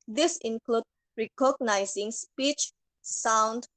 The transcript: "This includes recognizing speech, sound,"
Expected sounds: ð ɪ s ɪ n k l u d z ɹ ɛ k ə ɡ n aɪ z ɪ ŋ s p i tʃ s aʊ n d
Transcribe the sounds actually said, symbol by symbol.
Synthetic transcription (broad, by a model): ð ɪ s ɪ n k l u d ɹ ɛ k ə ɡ n aɪ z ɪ ŋ s p i tʃ s aʊ n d